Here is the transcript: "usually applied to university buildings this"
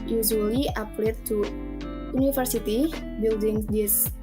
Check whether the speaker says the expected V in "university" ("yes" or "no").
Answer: no